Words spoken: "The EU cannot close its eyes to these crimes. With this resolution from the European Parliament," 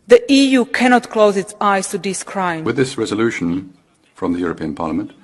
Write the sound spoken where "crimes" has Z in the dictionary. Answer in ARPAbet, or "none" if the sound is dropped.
none